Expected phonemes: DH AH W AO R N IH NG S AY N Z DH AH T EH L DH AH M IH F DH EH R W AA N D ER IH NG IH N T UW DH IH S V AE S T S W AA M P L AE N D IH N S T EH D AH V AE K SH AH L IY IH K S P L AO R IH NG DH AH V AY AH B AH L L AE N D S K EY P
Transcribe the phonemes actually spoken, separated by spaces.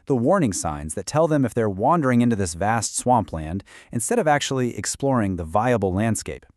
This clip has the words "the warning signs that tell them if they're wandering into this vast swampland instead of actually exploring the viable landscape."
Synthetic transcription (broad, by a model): DH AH W AO R N IH NG S AY N Z DH AH T EH L DH AH M IH F DH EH R W AA N D ER IH NG IH N T UW DH IH S V AE S T S W AA M P L AE N D IH N S T EH D AH V AE K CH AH L IY IH K S P L AO R IH NG DH AH V AY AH B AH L L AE N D S K EY P